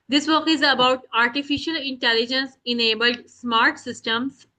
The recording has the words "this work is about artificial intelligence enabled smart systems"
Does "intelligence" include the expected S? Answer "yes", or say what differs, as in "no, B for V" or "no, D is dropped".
yes